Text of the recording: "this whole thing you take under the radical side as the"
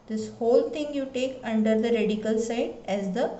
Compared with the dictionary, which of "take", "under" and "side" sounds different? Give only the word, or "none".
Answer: none